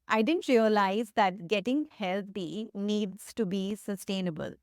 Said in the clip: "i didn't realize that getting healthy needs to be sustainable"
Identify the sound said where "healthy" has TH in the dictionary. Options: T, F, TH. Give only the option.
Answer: T